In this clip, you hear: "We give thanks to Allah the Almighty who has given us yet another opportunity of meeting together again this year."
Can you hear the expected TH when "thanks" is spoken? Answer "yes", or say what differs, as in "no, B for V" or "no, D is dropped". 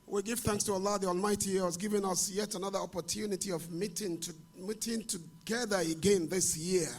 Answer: yes